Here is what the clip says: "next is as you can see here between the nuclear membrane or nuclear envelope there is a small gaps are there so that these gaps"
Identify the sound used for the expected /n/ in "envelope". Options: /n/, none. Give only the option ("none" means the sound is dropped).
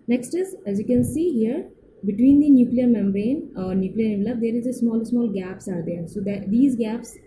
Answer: none